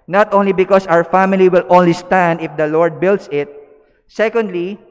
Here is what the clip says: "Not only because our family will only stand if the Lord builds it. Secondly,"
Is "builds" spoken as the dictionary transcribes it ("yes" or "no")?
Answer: no